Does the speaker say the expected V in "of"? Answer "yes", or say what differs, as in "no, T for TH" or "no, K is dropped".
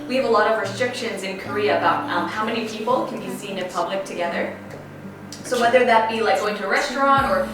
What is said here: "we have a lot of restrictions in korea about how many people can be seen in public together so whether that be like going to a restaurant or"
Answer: yes